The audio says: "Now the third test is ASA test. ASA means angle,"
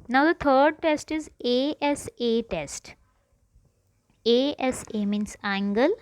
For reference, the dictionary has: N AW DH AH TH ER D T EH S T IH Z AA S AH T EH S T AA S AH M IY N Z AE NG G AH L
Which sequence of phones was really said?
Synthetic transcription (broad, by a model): N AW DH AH T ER D T EH S T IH Z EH S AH T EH S T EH S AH M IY N S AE NG G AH L